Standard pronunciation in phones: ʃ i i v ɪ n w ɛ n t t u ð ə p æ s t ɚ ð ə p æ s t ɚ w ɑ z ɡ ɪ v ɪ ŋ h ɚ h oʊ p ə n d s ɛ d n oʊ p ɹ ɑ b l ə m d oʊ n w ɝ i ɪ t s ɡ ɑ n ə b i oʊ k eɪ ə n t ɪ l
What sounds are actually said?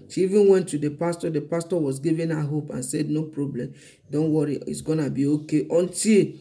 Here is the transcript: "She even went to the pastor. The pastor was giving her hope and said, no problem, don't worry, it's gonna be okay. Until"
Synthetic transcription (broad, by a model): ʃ i i v ɪ n w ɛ n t t u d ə p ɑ s t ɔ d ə p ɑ s t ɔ w ɑ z ɡ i v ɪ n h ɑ h oʊ p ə n s ɛ d n oʊ p ɹ ɑ b l ə m d oʊ n w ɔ i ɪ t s ɡ ɑ n ə b i oʊ k eɪ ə n t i l